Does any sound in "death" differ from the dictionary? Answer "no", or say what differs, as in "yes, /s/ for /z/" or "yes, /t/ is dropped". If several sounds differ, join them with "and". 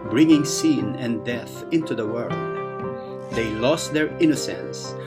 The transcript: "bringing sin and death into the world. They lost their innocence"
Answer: no